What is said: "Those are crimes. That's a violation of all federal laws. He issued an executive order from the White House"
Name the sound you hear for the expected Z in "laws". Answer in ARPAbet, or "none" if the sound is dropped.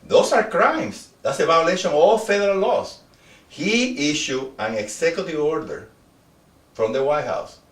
S